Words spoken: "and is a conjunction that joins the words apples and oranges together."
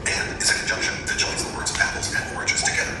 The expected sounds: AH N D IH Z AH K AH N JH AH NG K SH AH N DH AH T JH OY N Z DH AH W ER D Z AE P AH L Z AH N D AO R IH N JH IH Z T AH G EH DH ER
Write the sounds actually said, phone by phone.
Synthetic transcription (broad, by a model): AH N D IH Z AH K N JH AH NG K SH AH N DH AH T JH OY N Z DH AH W ER D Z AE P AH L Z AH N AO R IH JH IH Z T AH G EH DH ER